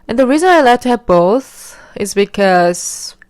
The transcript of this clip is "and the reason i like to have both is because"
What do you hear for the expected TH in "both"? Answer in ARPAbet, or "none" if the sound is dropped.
TH